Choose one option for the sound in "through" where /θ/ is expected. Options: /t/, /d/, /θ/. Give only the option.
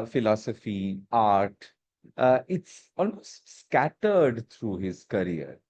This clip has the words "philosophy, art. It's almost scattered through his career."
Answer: /t/